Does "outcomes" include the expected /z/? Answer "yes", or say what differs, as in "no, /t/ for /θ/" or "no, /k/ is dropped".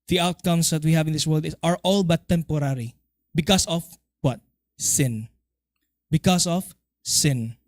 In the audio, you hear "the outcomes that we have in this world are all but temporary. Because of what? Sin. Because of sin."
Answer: no, /s/ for /z/